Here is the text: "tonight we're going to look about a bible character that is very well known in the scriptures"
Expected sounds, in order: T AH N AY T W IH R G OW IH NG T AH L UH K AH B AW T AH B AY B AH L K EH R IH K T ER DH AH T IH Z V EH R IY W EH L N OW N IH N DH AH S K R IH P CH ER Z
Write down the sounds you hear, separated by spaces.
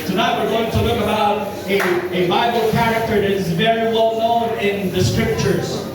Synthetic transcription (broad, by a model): T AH N AY T W IH R G OW IH NG T AH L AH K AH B AW T AH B AY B L K EH R IH K T ER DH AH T IH Z V EH R IY W EH L N OW N IH N DH AH S K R IH P CH ER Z